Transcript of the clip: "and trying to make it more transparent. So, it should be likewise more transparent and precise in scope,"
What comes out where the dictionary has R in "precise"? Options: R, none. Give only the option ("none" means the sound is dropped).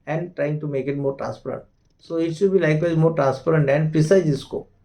none